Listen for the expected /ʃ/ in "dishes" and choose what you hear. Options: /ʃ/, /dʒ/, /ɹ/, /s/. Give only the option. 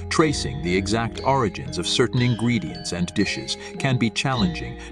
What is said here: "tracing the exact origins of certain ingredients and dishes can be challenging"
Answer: /ʃ/